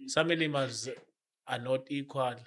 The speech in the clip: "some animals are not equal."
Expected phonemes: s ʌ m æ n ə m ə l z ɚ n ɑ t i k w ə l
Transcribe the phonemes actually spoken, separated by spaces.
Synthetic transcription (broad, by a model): s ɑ m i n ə m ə z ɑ n ɑ t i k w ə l